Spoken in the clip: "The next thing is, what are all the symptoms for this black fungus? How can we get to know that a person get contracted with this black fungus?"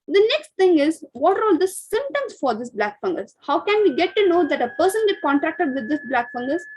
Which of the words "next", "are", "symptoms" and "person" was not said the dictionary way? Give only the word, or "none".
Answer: symptoms